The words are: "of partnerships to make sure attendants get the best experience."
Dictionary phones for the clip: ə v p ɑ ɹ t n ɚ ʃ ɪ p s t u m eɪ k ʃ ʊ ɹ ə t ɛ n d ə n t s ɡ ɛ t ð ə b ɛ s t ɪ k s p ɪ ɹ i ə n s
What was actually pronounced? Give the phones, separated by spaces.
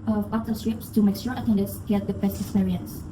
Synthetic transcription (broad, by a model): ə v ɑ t ɚ s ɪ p s t u m eɪ k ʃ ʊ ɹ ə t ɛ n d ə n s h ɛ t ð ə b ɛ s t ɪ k s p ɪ ɹ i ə n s